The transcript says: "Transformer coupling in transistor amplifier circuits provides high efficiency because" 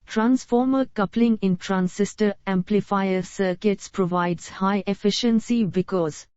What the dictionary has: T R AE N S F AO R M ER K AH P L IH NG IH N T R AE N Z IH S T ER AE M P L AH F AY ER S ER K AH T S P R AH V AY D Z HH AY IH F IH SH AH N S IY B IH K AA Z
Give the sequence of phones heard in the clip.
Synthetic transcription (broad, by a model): T R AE N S F AO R M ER K AH P L IH NG IH N T R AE N S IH S T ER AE M P L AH F AY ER S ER K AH T S P R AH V AY D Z HH AY IH F IH SH AH N S IY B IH K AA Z